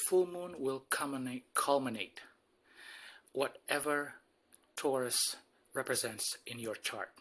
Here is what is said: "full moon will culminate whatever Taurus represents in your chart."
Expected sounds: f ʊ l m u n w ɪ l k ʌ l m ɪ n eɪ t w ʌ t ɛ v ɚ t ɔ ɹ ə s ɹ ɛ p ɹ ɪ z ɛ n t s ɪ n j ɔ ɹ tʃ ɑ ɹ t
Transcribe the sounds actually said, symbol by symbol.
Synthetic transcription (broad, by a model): f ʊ l m u n w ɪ l k ʌ l m ɪ n eɪ t w ʌ t ɛ v ɚ t ɔ ɹ ə s ɹ ɛ p ɹ ɪ z ɛ n t s ɪ n j ɔ ɹ tʃ ɑ ɹ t